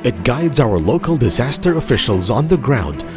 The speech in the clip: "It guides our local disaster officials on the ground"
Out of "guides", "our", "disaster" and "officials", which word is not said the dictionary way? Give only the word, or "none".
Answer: none